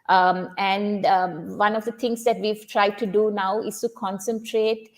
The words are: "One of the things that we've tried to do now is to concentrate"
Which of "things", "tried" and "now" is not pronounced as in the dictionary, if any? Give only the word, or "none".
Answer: things